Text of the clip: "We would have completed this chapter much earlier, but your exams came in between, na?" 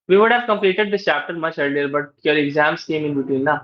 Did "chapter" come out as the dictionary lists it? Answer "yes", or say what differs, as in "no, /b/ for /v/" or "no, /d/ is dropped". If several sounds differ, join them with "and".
yes